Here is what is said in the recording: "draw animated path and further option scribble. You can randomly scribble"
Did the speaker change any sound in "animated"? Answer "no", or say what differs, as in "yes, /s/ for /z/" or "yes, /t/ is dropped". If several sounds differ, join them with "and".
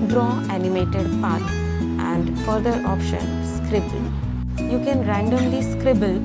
no